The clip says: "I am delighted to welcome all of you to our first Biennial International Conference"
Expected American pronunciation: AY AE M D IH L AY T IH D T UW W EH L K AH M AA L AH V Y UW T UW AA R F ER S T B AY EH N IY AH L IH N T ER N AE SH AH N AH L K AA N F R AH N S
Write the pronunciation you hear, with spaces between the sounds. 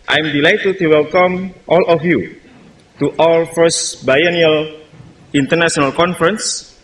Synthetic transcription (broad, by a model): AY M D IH L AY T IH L T UW W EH L K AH M AA L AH F Y UW T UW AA L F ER S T B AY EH N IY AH L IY N T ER N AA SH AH N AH L K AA N F R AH N S